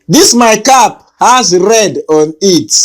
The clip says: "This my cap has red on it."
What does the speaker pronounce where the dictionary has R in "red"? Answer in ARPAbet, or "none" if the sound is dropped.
R